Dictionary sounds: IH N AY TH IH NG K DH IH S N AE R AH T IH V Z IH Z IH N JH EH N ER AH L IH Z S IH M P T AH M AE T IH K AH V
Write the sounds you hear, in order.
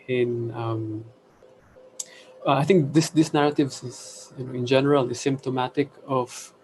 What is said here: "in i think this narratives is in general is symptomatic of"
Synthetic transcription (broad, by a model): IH N AY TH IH NG K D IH S N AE R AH T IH V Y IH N IH N JH EH N ER AH L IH S IH M P T AH M AE T IH K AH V